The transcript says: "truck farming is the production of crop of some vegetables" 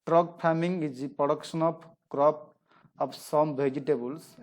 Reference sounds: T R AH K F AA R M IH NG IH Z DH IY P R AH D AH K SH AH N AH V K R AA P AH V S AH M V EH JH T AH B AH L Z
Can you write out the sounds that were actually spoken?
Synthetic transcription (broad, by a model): T R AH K P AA M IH NG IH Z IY P R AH D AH K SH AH N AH P K R AA P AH P S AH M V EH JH T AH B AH L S